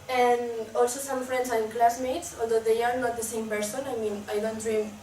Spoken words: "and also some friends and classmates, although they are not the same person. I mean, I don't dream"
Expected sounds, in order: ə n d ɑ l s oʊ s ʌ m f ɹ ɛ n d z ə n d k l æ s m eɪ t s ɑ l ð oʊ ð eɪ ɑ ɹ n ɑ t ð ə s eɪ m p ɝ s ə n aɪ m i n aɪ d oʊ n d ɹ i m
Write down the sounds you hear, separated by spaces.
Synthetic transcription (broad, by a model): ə n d ɑ l s oʊ s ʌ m f ɹ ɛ n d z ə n k l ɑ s m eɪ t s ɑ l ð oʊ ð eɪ ɑ ɹ n ɑ t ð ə s eɪ m p ɝ s ə n aɪ m i n aɪ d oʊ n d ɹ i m